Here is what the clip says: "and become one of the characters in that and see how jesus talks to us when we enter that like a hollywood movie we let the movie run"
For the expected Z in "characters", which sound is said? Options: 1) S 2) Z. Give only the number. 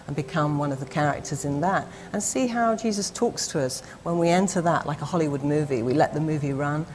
2